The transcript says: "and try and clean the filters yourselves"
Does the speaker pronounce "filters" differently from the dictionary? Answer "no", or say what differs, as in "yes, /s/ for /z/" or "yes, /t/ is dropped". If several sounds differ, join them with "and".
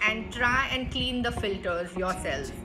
no